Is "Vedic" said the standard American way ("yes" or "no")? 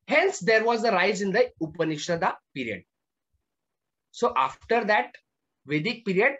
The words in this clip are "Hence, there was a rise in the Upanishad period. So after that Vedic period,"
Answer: yes